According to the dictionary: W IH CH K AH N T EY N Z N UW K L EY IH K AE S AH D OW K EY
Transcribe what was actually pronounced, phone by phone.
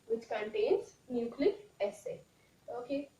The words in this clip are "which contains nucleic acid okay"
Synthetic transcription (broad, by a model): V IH CH K AH N T EY N Z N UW K L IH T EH S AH OW K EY